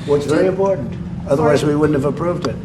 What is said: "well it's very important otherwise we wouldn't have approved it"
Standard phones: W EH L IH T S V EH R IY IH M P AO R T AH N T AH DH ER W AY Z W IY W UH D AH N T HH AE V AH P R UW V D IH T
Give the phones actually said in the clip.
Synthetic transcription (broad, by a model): W IH T S V EH R IY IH M P AO R T N T AH DH ER W AY Z W IY W UH D N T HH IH V AH P R UW V D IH T